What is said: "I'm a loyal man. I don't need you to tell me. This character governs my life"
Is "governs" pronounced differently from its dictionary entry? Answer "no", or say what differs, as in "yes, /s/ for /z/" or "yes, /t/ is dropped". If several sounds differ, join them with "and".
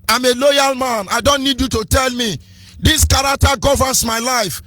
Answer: yes, /s/ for /z/